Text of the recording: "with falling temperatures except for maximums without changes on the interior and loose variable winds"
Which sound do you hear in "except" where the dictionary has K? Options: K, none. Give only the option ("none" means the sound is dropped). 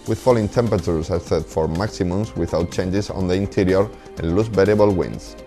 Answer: none